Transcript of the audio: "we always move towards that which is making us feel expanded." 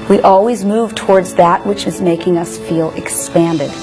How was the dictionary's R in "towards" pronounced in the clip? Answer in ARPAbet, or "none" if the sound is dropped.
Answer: R